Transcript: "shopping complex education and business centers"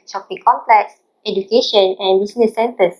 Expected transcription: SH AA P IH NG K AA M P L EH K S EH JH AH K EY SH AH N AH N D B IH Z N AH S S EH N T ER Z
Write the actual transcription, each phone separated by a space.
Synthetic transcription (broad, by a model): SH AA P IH K AA M P L EH K S EH JH AH K EY SH AH N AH N B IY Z N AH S S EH N T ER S